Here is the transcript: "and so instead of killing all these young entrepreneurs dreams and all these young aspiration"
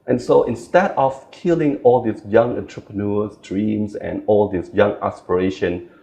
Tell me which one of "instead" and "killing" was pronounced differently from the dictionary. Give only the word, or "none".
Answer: none